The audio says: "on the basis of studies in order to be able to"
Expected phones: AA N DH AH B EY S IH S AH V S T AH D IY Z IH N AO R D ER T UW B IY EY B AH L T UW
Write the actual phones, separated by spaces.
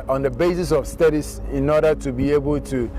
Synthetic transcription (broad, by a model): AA N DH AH B EY S IH S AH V S T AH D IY S IH N AO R D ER T UW B IY EY B AH L T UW